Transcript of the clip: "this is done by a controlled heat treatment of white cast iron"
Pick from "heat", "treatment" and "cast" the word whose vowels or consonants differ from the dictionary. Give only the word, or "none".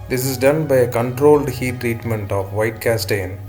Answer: none